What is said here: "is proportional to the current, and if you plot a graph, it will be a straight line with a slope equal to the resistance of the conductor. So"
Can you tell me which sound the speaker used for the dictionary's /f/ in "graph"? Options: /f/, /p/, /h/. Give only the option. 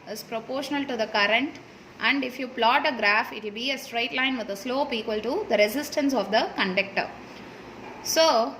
/f/